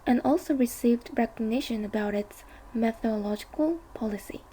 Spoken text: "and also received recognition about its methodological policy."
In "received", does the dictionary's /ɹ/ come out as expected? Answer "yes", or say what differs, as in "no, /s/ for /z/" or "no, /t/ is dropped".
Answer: yes